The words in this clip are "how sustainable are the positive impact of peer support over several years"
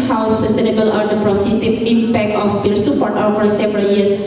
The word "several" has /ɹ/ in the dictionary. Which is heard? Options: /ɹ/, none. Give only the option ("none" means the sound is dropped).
/ɹ/